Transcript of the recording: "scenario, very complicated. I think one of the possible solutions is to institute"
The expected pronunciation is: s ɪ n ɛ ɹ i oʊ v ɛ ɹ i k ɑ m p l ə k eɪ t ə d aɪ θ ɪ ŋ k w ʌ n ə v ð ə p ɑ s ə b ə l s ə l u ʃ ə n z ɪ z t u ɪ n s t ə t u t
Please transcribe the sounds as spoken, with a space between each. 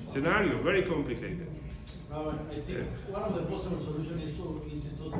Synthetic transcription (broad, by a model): s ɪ n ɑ ɹ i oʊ v ɛ ɹ i k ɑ m p l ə k eɪ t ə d aɪ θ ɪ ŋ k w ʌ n ə v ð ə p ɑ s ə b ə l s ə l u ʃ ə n ɪ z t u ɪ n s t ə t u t